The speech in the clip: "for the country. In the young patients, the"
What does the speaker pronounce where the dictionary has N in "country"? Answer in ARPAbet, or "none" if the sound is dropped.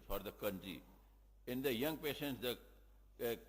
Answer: N